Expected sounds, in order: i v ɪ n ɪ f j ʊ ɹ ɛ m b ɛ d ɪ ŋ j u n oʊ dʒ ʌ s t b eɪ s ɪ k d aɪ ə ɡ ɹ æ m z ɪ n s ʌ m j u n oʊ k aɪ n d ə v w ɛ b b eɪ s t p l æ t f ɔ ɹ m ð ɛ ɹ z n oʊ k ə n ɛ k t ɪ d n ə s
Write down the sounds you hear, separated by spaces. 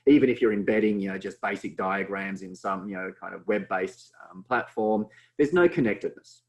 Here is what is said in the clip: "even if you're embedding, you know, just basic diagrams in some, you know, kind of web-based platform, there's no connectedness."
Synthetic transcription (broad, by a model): i v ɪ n ɪ f j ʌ ɹ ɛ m b ɛ d ɪ ŋ j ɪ n oʊ dʒ ʌ s b eɪ s ɪ k d aɪ ə ɡ ɹ æ m z ɪ n s ʌ m j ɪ n oʊ k aɪ n d ə v w ɛ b b eɪ s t p l æ t f ɔ ɹ m ð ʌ ɹ z n oʊ k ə n ɛ k t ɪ d n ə s